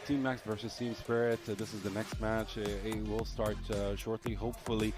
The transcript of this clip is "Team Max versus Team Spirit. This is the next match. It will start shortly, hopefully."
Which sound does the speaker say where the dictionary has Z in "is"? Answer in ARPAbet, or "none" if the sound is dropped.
Z